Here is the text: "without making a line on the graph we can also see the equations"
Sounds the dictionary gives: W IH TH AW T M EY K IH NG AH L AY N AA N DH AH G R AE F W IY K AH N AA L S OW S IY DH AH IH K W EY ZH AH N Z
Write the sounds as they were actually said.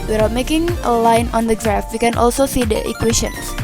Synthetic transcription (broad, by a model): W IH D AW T M EY K IH NG AH L AY N AA N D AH G R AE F W IY K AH N AA L S OW S IY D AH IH K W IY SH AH N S